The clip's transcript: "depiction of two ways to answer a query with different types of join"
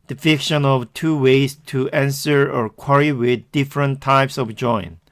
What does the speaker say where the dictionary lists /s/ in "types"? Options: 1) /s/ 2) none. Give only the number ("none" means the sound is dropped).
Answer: 1